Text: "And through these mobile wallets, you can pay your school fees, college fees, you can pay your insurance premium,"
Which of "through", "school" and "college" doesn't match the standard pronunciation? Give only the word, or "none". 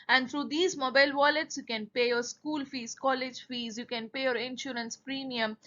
through